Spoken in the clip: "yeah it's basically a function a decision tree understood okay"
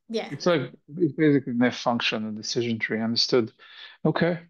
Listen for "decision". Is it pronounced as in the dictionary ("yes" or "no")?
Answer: yes